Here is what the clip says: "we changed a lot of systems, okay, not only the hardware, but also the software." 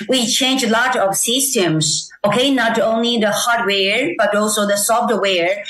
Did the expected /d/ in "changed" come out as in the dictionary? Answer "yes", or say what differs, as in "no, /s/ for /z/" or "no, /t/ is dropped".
no, /d/ is dropped